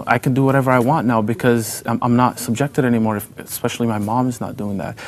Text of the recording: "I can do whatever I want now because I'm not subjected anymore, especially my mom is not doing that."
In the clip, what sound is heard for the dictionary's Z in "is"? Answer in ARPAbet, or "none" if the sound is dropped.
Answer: Z